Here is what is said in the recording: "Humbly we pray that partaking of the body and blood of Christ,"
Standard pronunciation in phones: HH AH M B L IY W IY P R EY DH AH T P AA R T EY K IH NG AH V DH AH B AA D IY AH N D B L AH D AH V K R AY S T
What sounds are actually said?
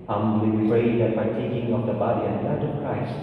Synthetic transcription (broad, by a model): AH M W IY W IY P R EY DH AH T B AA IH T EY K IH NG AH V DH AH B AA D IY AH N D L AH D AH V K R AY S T